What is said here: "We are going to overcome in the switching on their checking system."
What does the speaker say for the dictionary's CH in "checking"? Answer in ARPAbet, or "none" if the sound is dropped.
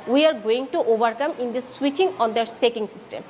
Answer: S